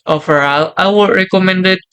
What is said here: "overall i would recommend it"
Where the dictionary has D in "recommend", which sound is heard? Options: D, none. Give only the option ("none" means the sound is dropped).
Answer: D